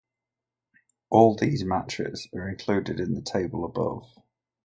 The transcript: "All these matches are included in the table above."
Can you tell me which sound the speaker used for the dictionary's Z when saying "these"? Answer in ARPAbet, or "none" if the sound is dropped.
Z